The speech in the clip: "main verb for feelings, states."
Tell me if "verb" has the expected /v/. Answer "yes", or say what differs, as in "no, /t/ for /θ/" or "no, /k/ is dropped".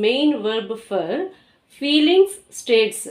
yes